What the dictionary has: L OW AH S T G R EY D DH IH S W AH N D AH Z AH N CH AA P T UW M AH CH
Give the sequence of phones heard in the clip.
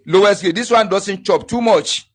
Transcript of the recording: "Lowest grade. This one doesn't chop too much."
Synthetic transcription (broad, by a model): L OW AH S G EY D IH S W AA N D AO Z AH N CH AA P T UW M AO CH